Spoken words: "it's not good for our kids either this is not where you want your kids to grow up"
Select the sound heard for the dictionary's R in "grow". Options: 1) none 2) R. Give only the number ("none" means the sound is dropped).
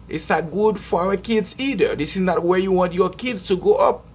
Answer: 1